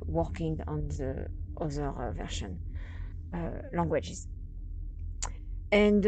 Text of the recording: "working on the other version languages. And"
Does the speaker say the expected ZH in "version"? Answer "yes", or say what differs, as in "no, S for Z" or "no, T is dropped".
no, SH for ZH